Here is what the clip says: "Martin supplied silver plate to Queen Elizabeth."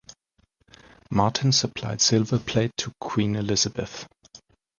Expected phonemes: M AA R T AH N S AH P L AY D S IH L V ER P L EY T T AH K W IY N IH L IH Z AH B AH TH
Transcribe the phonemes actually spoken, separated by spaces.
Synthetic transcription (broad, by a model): M AA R T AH N S AH P L AY D S IH L V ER P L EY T T AH K W IY N IH L IH Z AH B AH TH